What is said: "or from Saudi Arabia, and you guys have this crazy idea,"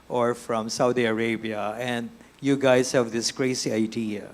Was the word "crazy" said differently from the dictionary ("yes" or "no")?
yes